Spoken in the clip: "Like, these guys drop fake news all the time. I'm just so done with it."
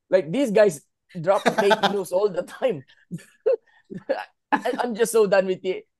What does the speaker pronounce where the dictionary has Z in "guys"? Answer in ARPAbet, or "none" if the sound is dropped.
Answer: S